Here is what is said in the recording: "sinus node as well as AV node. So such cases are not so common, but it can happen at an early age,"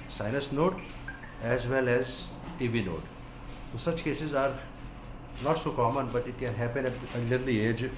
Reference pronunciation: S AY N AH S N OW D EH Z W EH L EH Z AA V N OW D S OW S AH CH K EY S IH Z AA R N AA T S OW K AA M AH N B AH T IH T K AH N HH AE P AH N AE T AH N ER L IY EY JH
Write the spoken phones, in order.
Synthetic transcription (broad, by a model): S AY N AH S N OW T EH Z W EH L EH Z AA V N OW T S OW S AH CH K EY S IH Z AA R N AA T S OW K AA M AH N B AH T IH T K AH N HH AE P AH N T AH L ER L IY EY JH